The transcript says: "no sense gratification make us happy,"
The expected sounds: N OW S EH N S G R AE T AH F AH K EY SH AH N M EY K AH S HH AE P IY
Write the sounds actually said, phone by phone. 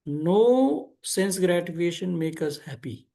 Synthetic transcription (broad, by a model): N OW S EH N S G R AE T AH EY SH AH N M EY K AH S HH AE P IY